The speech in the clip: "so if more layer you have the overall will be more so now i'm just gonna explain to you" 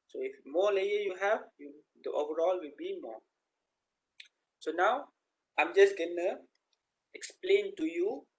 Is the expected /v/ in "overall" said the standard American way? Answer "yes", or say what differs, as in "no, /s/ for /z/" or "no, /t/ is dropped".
yes